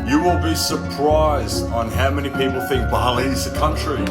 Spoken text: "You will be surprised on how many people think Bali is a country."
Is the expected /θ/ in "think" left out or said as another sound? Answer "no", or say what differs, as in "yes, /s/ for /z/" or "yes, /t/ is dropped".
no